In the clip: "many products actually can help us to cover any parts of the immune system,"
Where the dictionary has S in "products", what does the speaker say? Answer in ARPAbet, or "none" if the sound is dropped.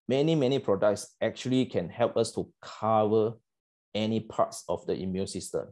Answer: S